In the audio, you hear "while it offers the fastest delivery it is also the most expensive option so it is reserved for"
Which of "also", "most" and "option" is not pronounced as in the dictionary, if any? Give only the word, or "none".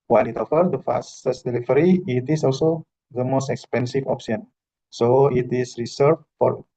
option